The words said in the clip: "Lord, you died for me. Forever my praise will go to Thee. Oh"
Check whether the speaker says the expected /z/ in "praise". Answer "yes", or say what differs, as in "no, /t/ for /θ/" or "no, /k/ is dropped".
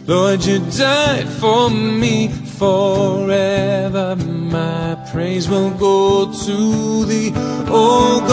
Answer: yes